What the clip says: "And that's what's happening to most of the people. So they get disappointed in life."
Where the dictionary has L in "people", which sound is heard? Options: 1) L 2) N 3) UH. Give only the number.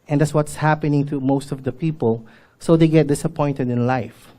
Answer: 1